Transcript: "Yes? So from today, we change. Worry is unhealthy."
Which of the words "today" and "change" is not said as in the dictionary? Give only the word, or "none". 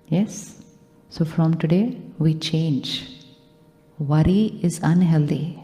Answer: none